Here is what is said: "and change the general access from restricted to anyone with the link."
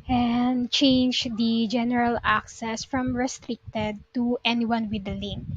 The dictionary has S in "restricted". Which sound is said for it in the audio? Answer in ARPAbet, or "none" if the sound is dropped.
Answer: S